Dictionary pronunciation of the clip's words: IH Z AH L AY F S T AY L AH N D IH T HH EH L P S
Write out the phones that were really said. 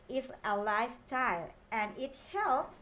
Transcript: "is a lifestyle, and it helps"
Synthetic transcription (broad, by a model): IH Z AH L AY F T AY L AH N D IH T HH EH L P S